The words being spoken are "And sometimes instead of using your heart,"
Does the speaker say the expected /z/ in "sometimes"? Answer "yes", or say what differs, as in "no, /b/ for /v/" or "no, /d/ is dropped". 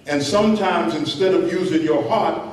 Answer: yes